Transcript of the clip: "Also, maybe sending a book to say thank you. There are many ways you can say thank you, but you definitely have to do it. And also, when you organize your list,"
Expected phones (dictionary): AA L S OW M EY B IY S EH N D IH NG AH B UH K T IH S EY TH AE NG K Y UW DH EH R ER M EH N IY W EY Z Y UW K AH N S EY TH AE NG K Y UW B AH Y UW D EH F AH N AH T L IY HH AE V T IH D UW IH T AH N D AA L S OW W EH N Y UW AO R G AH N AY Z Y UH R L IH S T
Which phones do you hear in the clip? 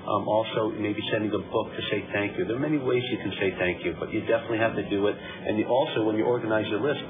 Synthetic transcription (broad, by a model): AA L S OW M EY B IY S EH N D IH NG AH B UH K T IH S EY TH AE NG K Y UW DH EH R M EH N IY W EY Z Y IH K N S EY TH AE NG K Y UW B AH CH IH D EH F AH N AH T L IY HH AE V T IH D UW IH T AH N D AA L S OW W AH N Y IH AO R G AH N AY Z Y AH L IH S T